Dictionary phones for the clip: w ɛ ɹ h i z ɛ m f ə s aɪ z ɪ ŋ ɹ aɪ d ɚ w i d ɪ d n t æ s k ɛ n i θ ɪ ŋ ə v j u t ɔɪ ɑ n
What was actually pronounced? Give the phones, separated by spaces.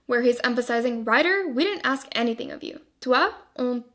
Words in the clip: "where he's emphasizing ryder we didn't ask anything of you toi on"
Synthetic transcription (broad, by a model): w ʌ ɹ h i z ɛ m f ə s aɪ z ɪ ŋ ɹ aɪ d ɚ w i d ɪ d n t æ s k ɛ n i θ ɪ ŋ ə v j u t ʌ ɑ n